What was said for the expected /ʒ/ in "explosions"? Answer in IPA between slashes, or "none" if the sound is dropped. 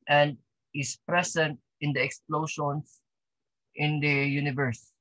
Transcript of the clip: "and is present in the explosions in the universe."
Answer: /ʃ/